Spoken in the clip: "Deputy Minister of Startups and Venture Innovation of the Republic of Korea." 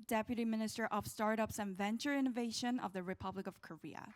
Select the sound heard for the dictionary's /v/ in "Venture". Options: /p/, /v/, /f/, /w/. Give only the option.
/v/